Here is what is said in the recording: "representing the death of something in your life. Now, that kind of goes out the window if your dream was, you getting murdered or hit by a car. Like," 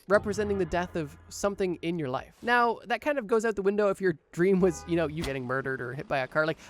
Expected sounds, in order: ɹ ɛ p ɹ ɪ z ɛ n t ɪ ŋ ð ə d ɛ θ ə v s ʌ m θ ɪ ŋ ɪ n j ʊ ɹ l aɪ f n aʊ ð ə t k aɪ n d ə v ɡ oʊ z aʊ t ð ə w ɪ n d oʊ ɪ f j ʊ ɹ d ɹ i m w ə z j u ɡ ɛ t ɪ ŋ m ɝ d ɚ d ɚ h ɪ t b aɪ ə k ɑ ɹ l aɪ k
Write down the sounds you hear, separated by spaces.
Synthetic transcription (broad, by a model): ɹ ɛ p ɹ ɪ z ɛ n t ɪ ŋ ð ə d ɛ θ ə v s ʌ m θ ɪ ŋ ɪ n j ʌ ɹ l aɪ f n aʊ ð ə t k aɪ n d ə v ɡ oʊ z aʊ t ð ə w ɪ n d oʊ ɪ f j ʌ ɹ d ɹ i m w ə z j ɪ ɡ ɛ t ɪ ŋ m ɝ d ɚ d ɚ h ɪ t b aɪ ə k ɑ ɹ l aɪ k